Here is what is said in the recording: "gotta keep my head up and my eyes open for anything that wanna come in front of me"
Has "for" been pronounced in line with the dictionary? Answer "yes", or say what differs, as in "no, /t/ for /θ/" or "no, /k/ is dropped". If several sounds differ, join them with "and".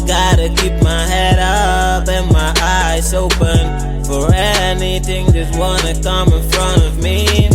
yes